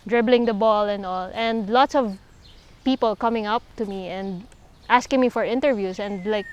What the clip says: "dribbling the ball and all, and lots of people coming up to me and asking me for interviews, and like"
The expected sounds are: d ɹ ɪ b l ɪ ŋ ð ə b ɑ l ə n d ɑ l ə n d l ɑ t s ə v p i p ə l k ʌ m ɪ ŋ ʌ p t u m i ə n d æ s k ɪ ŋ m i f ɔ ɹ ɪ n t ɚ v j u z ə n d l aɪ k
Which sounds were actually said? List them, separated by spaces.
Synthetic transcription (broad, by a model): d ɹ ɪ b l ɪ ŋ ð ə b ɑ l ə n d ɑ l ə n d l ɑ t s ə v p i p ə l k ʌ m ɪ ŋ ʌ p t u m i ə n d æ s k ɪ ŋ m i f ɔ ɹ ɪ n t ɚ v j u s ə n d l aɪ k